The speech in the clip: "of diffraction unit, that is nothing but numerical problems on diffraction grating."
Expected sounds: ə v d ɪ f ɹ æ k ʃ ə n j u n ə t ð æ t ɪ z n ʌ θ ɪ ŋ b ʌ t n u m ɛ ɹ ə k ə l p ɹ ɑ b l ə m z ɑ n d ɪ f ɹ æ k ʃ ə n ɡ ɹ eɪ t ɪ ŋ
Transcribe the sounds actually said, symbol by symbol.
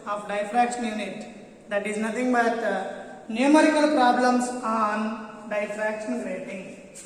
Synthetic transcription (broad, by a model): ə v d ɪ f ɹ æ k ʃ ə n j u n ə t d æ t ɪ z n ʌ t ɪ ŋ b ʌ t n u m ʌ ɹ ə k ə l p ɹ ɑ b l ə m s ɑ n d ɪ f ɹ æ k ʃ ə n ɡ ɹ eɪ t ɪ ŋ